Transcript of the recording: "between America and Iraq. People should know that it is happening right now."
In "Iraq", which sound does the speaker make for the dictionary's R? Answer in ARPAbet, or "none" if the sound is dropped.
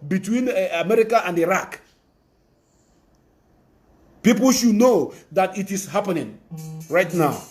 R